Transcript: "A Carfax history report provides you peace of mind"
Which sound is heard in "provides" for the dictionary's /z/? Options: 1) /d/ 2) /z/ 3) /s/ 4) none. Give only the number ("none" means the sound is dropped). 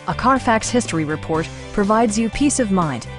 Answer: 2